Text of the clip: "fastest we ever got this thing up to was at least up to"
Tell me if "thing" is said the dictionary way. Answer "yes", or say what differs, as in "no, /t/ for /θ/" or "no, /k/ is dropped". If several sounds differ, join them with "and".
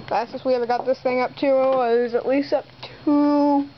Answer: yes